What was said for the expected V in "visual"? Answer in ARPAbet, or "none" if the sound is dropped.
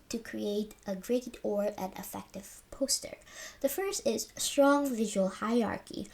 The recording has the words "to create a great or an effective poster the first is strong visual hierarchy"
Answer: V